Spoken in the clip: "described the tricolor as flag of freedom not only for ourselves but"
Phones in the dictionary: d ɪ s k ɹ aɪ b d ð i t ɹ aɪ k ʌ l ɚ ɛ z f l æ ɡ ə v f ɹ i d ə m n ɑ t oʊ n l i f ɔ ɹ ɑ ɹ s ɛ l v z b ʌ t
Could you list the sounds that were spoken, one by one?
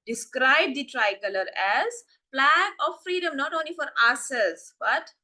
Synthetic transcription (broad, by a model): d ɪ s k ɹ aɪ b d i t ɹ aɪ k ʌ l ɚ ɛ z p l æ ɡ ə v f ɹ i d ə m n ɑ t oʊ n l i f ɔ ɹ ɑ s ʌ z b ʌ t